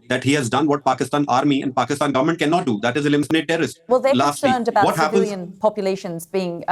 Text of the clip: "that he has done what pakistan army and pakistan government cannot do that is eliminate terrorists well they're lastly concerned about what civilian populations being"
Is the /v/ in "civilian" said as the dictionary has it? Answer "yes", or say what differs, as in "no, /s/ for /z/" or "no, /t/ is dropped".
no, /p/ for /v/